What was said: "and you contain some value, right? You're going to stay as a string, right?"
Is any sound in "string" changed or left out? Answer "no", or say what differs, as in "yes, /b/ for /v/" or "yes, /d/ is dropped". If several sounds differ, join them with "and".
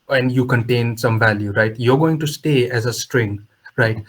no